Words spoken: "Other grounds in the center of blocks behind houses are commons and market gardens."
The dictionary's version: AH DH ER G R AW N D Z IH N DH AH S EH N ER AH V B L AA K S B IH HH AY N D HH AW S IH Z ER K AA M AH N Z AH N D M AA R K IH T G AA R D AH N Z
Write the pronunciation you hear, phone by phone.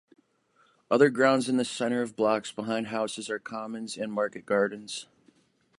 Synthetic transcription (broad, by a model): AH DH ER G R AW N D Z IH N DH AH S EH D ER AH V B L AA K S B IH HH AY N D HH AW S IH Z ER K AA M AH N Z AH N M AA R K IH T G AA R D N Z